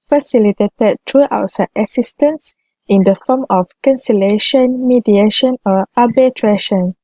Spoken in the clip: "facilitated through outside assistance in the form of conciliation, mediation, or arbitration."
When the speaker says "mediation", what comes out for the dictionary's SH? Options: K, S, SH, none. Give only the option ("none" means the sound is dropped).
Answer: SH